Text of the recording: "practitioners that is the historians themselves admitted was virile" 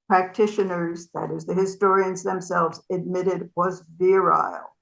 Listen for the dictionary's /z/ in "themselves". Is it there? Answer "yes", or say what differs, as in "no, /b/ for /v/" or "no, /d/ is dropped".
yes